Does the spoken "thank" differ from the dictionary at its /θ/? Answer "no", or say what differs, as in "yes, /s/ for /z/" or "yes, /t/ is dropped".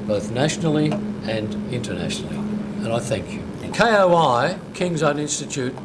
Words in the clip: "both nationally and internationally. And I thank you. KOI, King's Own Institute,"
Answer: no